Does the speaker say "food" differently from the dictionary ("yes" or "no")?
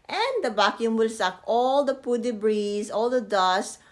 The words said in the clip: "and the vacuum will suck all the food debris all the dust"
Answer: yes